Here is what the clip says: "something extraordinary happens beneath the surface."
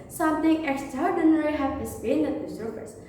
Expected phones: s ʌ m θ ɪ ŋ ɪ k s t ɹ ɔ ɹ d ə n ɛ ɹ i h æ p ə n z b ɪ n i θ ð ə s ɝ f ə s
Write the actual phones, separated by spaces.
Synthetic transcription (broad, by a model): s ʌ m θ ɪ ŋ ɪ k s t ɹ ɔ ɹ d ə n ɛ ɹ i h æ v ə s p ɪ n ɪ t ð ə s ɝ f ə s